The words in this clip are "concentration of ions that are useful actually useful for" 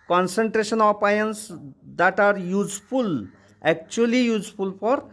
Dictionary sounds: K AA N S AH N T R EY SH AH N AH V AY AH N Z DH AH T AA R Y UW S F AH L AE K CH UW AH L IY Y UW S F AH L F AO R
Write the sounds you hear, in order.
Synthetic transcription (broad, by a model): K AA N S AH N T R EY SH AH N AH P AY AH N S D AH T AA R Y UW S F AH L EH K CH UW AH L IY Y UW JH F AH L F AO R